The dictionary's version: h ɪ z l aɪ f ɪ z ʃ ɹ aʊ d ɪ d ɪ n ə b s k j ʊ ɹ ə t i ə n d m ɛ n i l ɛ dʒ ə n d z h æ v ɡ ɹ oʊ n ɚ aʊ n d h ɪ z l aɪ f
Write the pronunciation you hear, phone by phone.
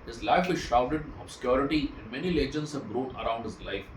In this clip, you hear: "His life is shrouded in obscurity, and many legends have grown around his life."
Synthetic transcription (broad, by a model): h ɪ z l aɪ f ɪ z ʃ aʊ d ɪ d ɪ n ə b s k j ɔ ɹ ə t i ə n d m ɛ n i l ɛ dʒ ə n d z h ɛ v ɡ ɹ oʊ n ɚ aʊ n d h ɪ z l aɪ f